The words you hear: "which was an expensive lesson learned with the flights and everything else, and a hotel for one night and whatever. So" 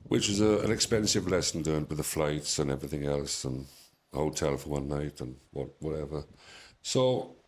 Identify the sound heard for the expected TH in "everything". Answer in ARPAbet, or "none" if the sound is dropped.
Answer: TH